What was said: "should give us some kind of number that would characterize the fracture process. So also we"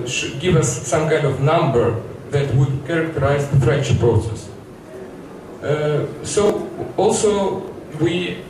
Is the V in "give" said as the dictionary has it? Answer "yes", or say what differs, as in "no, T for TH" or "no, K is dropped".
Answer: yes